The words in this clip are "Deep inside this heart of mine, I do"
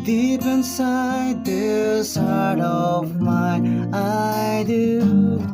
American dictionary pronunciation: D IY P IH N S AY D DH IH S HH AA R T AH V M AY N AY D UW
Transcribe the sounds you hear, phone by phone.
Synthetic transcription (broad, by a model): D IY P IH N S AY D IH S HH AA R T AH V M AY AY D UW